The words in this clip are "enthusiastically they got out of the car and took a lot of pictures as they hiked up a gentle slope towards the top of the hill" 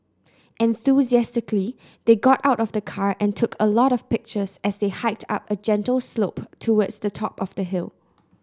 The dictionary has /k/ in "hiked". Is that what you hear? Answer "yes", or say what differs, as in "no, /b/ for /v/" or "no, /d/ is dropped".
yes